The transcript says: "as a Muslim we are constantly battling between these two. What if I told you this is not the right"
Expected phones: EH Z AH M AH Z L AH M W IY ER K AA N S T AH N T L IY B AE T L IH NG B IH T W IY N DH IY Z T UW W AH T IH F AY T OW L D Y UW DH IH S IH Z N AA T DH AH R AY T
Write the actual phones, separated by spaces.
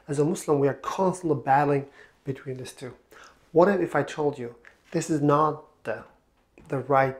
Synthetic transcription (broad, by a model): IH Z AH M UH S L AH M W IY ER K AA N S T AH N T L IY B AE T L IH NG B IH T W IY N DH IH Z T UW W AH T IH F AY T OW L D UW DH IH S IH Z N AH T DH AH R AY T